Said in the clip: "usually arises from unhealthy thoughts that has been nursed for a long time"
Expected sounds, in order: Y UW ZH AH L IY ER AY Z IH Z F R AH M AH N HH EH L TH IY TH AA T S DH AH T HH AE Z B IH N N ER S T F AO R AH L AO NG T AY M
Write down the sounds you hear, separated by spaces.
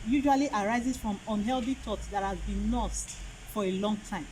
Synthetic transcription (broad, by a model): Y UW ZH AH L IY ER AY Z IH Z F R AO M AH N HH EH L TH IY T AA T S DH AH T HH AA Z B IH N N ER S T F AO R AH L AO NG T AY M